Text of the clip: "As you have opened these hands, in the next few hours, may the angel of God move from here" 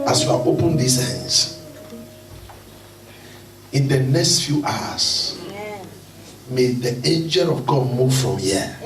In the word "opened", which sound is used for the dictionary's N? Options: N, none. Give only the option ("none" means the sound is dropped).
N